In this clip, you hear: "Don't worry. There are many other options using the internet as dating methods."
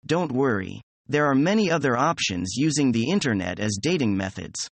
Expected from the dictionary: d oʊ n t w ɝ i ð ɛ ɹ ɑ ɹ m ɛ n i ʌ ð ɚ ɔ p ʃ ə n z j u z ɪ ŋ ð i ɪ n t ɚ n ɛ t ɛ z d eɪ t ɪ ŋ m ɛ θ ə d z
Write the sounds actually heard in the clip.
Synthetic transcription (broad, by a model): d oʊ n t w ɝ i ð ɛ ɹ ɑ ɹ m ɛ n i ʌ ð ɚ ɔ p ʃ ə n z j u z ɪ ŋ ð i ɪ n t ɚ n ɛ t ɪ z d eɪ t ɪ ŋ m ɛ θ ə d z